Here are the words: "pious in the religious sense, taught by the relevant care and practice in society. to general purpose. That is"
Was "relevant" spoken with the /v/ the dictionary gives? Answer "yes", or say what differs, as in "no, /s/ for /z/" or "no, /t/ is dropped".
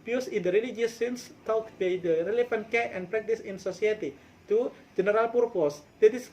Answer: no, /f/ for /v/